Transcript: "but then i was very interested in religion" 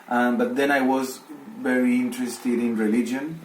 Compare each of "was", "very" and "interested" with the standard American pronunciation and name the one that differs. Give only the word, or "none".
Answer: none